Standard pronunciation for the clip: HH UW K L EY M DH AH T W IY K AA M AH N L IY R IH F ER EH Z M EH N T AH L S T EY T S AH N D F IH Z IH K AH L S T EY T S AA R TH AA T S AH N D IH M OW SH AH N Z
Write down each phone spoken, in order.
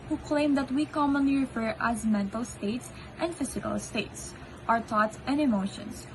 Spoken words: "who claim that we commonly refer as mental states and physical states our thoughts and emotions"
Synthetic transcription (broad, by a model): HH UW K L EY M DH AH T W IY K AA M AH N L IY R IH F ER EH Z M EH N T AH L S T EY T S AH N D F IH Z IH K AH L S T EY T S AA R T AA T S AH N D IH M OW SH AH N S